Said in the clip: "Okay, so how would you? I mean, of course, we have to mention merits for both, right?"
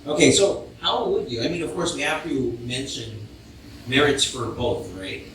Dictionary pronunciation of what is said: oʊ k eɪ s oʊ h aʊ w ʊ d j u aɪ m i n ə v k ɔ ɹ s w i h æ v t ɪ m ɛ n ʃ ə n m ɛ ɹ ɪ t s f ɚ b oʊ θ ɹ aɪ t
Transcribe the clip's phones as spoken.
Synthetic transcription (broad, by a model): oʊ k eɪ s oʊ h aʊ w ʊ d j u aɪ m i n ə v k ɔ ɹ s w i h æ f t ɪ m ɛ n ʃ ə n m ɛ ɹ ɪ t s f ɚ b oʊ θ ɹ aɪ t